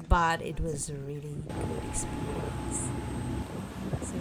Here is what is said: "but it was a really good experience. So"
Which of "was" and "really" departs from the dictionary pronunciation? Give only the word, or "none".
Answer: none